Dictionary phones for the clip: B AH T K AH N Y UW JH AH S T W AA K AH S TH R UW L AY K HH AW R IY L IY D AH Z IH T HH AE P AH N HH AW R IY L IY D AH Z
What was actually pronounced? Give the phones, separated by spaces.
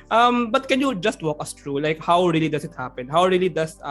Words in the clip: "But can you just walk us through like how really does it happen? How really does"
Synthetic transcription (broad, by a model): B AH T K AH N Y UW JH AH S T W AA K AH S T R UW L AY K HH AW R IY L IY D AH S IH T HH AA P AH N HH AW R IY L IY D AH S